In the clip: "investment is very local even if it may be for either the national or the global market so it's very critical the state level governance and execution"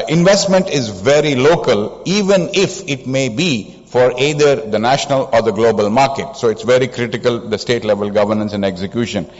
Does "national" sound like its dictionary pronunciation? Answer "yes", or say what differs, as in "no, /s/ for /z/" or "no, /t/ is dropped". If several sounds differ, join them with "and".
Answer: yes